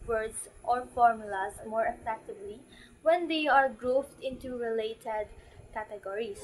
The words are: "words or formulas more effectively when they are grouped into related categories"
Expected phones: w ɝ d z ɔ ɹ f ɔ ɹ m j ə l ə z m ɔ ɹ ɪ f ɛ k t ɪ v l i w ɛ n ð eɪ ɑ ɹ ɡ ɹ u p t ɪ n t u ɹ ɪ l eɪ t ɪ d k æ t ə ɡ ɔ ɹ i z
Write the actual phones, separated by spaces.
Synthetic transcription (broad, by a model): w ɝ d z ɔ ɹ f ɔ ɹ m j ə l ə s m ɔ ɹ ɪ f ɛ k t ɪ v l i w ɛ n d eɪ ɑ ɹ ɡ ɹ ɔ f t ɪ n t u ɹ ɪ l eɪ t ɪ d k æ t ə ɡ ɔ ɹ i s